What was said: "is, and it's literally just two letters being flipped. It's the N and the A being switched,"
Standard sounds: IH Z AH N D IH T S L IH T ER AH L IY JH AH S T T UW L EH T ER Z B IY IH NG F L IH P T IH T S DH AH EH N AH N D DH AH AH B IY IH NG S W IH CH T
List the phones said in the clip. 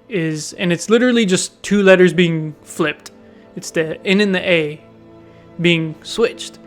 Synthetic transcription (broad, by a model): IH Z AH N IH T S L IH T ER L IY JH AH S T T UW L EH T ER Z B IY IH NG F L IH P T IH T S DH AH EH N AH N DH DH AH AH B IY IH NG S W IH CH T